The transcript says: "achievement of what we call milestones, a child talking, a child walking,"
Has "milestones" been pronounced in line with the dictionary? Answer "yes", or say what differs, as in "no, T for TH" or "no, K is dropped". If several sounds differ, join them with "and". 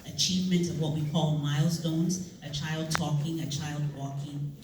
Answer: yes